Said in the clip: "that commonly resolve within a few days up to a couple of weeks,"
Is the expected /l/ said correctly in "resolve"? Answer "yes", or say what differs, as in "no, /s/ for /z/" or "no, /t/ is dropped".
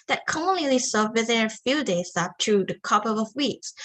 no, /l/ is dropped